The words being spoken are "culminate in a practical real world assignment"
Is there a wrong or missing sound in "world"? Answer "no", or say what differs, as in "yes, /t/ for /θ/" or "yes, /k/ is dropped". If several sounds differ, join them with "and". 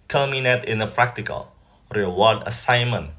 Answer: yes, /l/ is dropped